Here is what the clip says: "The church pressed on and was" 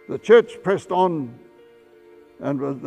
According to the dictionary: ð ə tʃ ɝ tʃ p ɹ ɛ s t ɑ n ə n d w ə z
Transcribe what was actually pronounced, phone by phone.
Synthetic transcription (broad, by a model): ð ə tʃ ɝ tʃ p ɹ ɛ s t n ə n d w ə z